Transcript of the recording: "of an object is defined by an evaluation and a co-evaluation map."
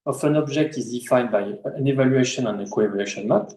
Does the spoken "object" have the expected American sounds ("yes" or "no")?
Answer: no